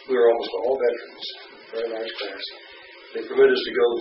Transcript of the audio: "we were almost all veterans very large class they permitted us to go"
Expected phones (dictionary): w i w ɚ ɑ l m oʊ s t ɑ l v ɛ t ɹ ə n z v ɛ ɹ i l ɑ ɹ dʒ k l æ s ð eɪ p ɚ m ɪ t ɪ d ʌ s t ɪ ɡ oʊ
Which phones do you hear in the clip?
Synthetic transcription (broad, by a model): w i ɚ ɑ l m oʊ s t ɑ l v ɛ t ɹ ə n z p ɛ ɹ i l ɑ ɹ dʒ k l æ s ð eɪ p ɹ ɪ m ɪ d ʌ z t ɪ ɡ oʊ